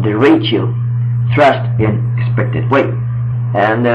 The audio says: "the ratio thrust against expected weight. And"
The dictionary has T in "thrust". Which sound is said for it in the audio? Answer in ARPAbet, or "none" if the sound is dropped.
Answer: T